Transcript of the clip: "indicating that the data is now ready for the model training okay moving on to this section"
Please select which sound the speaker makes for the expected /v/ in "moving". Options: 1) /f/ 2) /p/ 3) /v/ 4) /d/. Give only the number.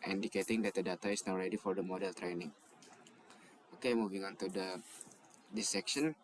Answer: 3